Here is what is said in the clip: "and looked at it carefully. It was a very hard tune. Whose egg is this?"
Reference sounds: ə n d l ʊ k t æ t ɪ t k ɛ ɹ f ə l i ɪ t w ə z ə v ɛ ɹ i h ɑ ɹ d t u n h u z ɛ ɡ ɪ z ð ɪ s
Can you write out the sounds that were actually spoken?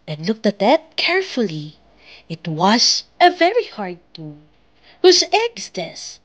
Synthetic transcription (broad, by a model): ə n l ʊ k t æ t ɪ t k ɛ ɹ f ə l i ɪ t w ə z ə v ɛ ɹ i h ɑ ɹ d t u h u z ɛ ɡ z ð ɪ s